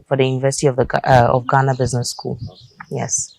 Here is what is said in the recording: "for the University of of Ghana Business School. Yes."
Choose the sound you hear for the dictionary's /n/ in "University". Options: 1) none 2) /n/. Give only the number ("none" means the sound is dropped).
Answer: 2